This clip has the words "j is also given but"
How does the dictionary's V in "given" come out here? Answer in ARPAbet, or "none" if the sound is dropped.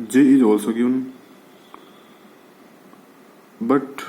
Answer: none